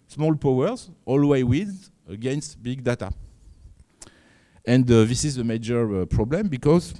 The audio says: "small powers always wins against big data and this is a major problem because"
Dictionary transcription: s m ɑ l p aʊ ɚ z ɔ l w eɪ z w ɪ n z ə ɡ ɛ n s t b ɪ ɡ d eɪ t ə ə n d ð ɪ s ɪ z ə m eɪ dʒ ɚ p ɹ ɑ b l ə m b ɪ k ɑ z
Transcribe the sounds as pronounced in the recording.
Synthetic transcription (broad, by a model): s m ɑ l p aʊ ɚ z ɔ l w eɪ w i z ə ɡ ɛ n s t b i ɡ d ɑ t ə ə n d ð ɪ s ɪ z ə m eɪ dʒ ɚ p ɹ ɑ b l ə m b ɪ k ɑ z